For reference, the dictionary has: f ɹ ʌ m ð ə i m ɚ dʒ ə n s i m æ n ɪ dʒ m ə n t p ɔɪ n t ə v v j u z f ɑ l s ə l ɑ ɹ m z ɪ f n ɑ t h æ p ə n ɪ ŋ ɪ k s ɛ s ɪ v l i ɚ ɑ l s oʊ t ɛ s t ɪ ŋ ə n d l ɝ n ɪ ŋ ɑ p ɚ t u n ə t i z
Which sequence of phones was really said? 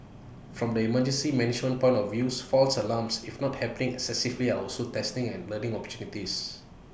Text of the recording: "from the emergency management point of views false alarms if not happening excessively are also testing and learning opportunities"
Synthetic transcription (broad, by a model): f ɹ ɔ m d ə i m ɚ dʒ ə n s i m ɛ n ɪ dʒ m ə n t p ɔɪ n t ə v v j u s f ɑ l s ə l ɑ m s ɪ f n ɑ t h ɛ p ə n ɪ ŋ ɪ k s ɛ s ɪ v l i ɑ ɑ l s oʊ t ɛ s t ɪ ŋ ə n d l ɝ n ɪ ŋ ɑ p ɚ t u n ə t i s